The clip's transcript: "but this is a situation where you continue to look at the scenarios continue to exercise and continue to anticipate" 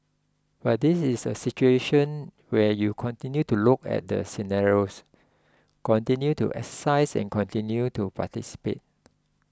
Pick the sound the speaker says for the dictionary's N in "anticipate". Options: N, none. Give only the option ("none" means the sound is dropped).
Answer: none